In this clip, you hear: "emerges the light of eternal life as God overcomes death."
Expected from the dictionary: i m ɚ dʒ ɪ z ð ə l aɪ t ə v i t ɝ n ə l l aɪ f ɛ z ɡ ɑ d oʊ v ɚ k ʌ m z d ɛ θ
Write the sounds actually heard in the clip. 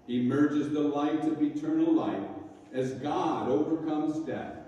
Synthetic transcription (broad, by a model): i m ɚ dʒ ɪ z ð ə l aɪ t ə v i t ɝ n l l aɪ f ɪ z ɡ ɑ d oʊ v ɚ k ʌ m z d ɛ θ